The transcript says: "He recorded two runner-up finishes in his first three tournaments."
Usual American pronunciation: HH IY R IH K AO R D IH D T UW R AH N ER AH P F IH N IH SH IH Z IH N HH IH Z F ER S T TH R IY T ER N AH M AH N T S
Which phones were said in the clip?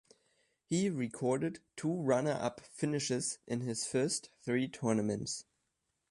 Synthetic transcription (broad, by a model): HH IY R IH K AO R D IH D T UW R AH N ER AH P F IH N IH SH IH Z IH N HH IH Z F ER S T TH R IY T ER N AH M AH N T S